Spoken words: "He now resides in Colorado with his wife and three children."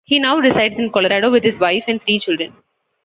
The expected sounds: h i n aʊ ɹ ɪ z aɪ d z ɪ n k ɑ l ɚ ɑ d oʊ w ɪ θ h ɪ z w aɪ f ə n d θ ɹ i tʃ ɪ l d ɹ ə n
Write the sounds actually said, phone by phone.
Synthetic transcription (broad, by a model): h i n aʊ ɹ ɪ s aɪ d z ɪ n k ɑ l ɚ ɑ d oʊ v ɪ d h ɪ z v aɪ f ə n d t ɹ i tʃ ɪ l d ɹ ə n